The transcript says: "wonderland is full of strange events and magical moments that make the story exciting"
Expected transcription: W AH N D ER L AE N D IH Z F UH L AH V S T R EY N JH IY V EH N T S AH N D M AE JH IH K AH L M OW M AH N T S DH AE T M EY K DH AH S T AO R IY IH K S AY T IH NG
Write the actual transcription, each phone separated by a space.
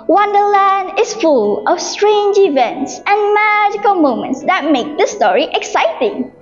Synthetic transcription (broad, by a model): W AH N D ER L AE N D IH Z F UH L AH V S T R EY N JH IY V EH N T S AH N M AE JH IH K AH L M OW M AH N T S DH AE T M EY K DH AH S T AO R IY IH K S AY T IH NG